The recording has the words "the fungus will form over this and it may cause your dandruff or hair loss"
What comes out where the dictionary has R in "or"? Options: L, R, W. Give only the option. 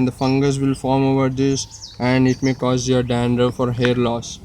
R